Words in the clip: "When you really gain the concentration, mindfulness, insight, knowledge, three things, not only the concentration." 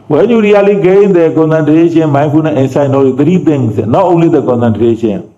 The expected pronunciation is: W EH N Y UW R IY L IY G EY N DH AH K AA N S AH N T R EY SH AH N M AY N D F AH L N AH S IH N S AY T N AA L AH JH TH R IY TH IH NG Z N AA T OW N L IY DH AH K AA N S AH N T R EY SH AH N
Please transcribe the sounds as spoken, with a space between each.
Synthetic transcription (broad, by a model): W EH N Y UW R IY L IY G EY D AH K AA N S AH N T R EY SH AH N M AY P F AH N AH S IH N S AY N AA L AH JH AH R IY T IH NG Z N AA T OW N L IY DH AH K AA N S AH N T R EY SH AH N